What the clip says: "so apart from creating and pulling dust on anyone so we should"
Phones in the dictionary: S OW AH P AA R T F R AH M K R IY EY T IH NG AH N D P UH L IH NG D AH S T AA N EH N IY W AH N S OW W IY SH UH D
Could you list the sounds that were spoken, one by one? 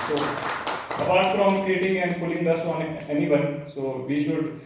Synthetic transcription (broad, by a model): S OW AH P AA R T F R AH M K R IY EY T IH NG AH N D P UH L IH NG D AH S AA N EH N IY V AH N S OW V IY SH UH D